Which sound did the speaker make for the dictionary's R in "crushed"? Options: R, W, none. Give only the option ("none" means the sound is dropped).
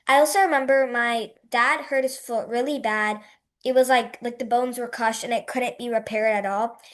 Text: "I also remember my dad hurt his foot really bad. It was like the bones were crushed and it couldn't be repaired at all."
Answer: none